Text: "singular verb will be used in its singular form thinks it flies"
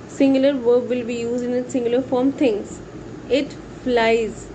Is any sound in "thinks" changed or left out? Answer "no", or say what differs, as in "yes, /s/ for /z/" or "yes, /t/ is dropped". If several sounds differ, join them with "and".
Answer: yes, /t/ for /θ/ and /k/ is dropped